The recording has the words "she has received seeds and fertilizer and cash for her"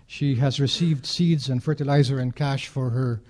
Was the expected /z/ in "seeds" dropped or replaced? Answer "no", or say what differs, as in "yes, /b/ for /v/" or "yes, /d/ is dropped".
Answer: no